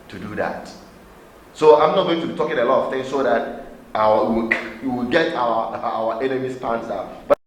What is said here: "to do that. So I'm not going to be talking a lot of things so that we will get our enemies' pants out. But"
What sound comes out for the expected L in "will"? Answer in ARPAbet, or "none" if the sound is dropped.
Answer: W